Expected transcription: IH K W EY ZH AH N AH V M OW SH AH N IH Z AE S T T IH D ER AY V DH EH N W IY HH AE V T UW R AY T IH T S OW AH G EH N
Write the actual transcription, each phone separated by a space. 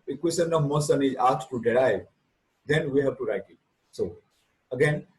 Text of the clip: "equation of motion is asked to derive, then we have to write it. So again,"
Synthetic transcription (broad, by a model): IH K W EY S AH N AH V M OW S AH N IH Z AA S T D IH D AY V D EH N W IY HH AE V T UW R AY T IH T S OW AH G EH N